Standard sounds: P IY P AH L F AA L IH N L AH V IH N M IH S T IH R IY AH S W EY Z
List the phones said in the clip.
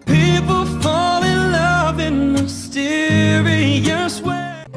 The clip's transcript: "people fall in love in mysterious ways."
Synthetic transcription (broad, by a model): P IY P L F AA L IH L AH V IH N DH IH S T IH R IY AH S W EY